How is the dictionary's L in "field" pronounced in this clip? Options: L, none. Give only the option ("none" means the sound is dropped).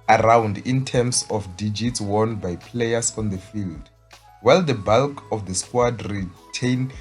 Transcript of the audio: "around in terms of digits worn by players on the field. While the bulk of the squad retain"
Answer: L